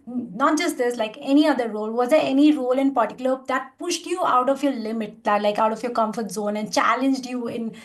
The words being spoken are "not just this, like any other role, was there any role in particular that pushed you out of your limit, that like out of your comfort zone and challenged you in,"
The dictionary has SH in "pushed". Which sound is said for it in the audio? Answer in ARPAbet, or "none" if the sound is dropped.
SH